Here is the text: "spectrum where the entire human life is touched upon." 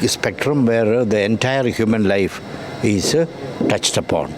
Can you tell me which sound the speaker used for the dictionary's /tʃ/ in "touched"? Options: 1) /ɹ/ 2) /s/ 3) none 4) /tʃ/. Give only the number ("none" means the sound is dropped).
4